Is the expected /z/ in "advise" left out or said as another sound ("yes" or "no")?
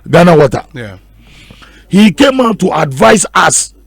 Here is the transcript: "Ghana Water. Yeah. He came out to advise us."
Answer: yes